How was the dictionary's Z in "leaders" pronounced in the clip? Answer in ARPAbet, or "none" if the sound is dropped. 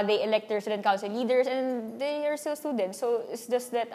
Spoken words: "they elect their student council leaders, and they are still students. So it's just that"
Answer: S